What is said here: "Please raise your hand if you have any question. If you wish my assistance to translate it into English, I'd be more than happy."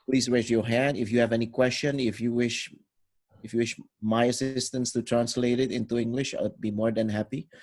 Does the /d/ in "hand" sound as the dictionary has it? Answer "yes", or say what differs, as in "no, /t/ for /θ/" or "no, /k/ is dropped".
yes